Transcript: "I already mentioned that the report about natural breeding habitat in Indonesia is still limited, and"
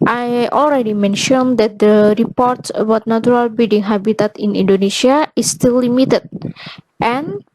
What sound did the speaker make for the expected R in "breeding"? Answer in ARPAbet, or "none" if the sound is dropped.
none